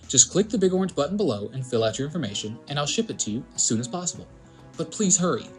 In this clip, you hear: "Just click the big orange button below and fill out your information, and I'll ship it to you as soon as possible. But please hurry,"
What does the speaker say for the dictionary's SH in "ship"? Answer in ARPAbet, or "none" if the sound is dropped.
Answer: SH